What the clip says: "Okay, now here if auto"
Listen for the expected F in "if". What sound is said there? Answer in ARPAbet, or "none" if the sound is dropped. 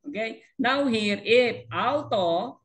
P